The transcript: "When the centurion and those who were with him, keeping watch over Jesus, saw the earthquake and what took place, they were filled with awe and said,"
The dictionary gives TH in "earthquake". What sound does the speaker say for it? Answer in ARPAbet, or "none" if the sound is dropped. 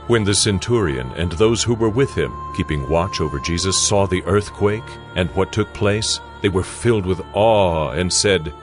TH